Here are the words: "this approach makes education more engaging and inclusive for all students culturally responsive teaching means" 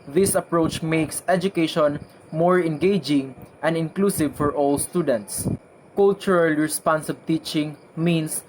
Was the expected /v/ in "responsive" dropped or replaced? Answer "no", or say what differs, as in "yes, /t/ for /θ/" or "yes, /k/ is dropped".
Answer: yes, /b/ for /v/